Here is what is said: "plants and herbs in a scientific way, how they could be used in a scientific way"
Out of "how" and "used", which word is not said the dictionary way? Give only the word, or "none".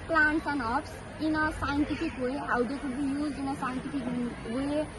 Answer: used